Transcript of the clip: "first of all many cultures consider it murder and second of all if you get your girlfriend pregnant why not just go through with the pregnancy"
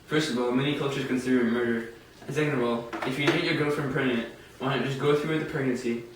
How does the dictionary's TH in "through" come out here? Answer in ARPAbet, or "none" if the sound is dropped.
TH